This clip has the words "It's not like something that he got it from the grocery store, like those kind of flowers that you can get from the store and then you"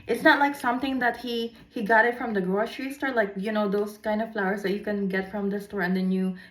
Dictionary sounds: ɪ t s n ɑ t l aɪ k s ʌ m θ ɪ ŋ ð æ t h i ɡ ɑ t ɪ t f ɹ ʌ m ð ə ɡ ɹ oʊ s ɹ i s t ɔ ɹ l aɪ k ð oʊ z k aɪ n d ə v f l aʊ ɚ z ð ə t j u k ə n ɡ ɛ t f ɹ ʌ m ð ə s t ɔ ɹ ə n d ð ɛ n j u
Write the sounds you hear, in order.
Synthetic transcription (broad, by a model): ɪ t s n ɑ t l aɪ k s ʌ m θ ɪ ŋ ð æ t h i ɡ ɑ t ɪ t f ɹ ʌ m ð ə ɡ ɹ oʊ ʃ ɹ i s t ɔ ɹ l aɪ k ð oʊ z k aɪ n d ə v f l aʊ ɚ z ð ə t j u k ə n ɡ ɛ t f ɹ ʌ m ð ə s t ɔ ɹ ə n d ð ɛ n j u